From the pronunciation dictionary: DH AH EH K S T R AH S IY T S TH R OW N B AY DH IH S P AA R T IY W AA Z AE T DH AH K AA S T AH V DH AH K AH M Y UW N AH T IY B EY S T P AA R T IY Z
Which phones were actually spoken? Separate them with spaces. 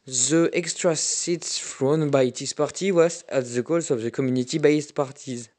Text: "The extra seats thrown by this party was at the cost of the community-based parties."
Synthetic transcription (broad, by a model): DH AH EH K S T R AH S IY T S F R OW N B AY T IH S P AA R T IY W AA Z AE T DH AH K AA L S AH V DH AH K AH M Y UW N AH T IY B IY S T P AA R T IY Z